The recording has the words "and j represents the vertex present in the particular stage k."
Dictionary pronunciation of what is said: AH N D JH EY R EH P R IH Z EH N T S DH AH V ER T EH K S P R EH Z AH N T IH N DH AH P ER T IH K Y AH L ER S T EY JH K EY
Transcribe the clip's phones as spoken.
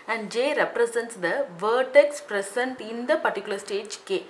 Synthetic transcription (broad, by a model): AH N D JH EY R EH P R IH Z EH N T S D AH V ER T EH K S P R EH S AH N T IH N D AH P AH T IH K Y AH L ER S T EY JH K EY